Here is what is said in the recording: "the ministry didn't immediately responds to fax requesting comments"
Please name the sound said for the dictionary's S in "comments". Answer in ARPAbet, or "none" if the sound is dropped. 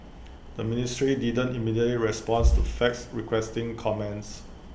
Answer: S